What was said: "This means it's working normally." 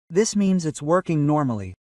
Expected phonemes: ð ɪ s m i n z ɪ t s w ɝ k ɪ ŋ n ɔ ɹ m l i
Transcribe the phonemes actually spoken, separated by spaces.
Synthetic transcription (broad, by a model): ð ɪ s m i n z ɪ t s w ɝ k ɪ ŋ n ɔ ɹ m l i